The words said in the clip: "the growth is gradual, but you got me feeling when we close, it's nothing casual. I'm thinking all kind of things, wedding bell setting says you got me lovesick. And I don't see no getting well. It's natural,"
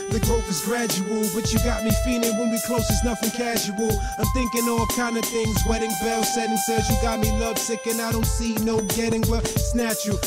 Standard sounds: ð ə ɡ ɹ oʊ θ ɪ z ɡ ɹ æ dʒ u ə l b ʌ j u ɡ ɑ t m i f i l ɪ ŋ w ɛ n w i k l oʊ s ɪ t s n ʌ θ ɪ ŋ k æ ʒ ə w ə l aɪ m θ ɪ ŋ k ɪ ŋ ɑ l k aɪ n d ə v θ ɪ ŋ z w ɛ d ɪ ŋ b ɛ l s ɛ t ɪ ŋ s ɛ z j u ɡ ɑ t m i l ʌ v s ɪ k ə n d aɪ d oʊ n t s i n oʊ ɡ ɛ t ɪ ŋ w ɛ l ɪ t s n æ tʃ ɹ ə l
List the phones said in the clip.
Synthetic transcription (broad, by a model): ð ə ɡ oʊ f ɪ z ɡ ɹ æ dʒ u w l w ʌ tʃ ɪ ɡ ɑ t m i f i l ɪ ŋ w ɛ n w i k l oʊ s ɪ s n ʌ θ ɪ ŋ k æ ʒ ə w l aɪ m θ ɪ ŋ k ɪ ŋ ɑ l k aɪ n d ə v θ ɪ ŋ z w ɛ d ɪ ŋ b ɛ l s ɛ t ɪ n s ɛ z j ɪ ɡ ɑ t m i l ʌ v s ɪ k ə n aɪ d oʊ n t s i n oʊ ɡ ɛ t ɪ ŋ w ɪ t s n æ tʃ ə